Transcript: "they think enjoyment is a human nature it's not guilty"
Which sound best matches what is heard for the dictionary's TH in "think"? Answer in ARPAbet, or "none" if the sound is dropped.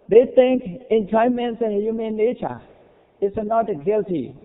T